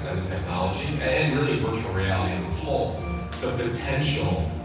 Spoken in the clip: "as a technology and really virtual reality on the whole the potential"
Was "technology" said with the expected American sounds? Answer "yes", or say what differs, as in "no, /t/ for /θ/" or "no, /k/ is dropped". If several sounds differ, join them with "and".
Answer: yes